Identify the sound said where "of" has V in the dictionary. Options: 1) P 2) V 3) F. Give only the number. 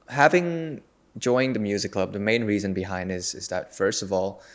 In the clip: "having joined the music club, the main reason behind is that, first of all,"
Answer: 2